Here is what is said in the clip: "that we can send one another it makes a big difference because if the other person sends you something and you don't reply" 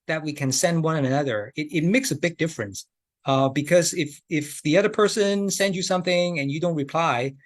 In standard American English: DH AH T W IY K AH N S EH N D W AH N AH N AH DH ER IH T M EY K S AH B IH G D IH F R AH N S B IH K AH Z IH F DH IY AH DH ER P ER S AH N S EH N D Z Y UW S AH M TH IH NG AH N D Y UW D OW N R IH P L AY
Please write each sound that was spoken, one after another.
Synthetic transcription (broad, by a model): DH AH T W IY K AH N S EH N D W AH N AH N AH DH ER IH T M EY K S AH B IH G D IH F R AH N S B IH K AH Z IH F DH IY AH DH ER P ER S AH N S EH N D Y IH S AH M TH IH NG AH N Y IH D OW N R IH P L AY